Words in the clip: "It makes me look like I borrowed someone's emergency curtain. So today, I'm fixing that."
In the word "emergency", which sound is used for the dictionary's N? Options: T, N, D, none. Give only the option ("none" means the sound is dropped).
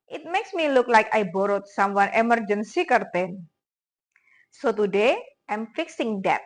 N